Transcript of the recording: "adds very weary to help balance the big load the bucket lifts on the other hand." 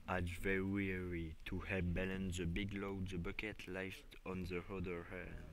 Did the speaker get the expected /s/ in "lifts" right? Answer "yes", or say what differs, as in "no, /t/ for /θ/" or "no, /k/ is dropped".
no, /s/ is dropped